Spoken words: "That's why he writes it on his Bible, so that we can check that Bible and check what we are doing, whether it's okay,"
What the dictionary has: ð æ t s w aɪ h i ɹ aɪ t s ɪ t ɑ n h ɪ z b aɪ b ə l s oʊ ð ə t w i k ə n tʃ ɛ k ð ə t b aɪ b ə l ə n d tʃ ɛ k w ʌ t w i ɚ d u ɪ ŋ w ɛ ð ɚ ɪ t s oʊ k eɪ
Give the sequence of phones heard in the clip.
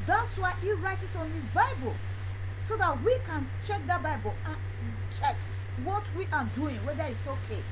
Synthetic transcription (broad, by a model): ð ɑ t s w aɪ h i ɹ aɪ t ɪ t ɑ n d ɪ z b aɪ b ə l s oʊ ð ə t w i k ə n tʃ ɛ k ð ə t b aɪ b ə l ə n tʃ ɛ k w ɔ t w i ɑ d u ɪ ŋ w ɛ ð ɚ ɪ t s oʊ k eɪ